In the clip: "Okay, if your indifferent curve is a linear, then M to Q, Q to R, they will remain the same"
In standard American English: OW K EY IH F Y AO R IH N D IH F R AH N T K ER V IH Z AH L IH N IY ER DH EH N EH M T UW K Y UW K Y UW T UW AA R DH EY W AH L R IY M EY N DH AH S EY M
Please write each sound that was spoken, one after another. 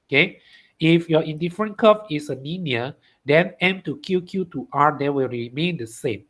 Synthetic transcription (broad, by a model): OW K EY IH F Y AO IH N D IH F R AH N K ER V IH S AH N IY N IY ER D EH N EH M T UW K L K Y UW T UW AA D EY W AH L R IY M EY N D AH S EY M